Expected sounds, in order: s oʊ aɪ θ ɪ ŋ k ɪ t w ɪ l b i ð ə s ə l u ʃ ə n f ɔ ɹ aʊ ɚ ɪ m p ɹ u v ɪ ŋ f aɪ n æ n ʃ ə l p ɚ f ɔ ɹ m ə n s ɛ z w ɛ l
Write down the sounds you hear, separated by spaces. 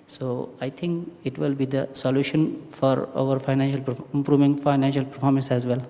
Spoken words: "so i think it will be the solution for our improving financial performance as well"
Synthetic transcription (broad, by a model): s oʊ aɪ t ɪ ŋ k ɪ t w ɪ l b i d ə s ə l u ʃ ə n f ɔ ɹ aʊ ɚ ɪ m p ɹ u v ɪ ŋ f aɪ n æ n ʃ ə l p ɚ f ɔ ɹ m ə n s ɛ z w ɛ l